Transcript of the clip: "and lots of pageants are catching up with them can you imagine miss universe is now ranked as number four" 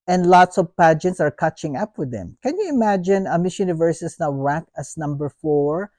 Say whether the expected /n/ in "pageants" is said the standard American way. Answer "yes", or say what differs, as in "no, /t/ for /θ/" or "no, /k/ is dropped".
yes